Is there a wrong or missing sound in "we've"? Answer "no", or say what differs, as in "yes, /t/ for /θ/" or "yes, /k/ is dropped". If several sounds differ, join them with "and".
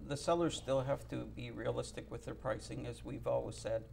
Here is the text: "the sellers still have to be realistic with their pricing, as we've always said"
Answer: no